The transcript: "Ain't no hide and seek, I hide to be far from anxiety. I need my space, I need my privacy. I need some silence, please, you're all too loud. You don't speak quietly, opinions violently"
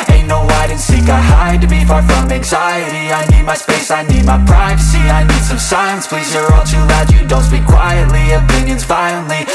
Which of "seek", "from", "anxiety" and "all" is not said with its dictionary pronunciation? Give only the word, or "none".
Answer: none